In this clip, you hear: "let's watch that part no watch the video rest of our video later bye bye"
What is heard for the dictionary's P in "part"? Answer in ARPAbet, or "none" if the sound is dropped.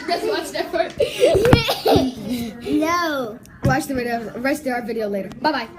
F